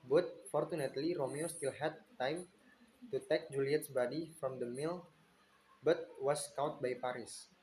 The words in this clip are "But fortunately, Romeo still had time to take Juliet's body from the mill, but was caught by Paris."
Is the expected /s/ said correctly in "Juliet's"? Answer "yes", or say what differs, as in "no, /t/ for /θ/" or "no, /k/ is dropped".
yes